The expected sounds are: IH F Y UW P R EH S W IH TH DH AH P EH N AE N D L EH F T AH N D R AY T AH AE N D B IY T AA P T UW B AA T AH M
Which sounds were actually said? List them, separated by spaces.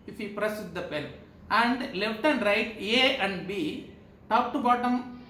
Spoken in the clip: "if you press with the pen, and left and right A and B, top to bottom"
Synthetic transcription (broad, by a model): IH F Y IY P R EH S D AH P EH L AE N D L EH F T AH N D R AY T AH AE N D B IY T AA P T UW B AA T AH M